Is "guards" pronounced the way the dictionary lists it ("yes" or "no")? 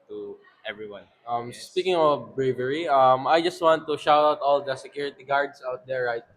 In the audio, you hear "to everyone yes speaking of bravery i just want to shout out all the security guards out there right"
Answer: no